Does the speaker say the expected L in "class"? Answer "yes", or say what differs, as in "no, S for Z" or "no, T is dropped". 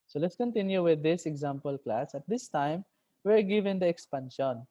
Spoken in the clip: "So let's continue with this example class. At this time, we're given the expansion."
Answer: yes